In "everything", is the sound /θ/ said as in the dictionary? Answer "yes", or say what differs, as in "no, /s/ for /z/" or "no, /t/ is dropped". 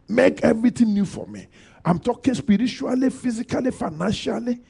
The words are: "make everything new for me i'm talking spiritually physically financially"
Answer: no, /t/ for /θ/